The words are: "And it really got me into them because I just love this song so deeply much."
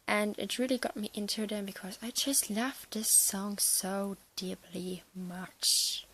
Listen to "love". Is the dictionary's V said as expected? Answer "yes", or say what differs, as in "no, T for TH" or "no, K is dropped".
no, F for V